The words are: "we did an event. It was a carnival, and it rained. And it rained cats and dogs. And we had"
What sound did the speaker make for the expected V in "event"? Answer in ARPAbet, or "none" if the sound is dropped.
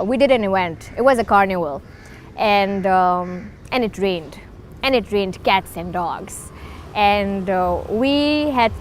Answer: W